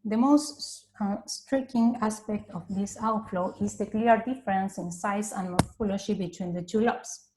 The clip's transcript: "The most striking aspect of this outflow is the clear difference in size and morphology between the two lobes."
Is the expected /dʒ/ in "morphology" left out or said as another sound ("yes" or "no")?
yes